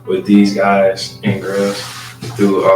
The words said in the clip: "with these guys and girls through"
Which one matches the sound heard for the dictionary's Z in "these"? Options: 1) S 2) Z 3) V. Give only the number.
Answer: 2